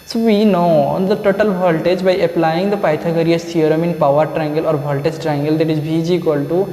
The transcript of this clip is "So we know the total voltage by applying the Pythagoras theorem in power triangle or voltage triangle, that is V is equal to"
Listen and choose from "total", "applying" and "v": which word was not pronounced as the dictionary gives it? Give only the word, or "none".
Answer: v